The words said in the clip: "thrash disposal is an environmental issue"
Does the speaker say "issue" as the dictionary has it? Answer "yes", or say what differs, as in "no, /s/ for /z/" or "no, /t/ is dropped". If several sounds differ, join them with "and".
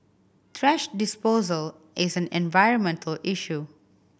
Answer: yes